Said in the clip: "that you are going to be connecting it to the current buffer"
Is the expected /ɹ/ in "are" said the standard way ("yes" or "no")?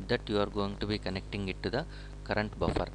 yes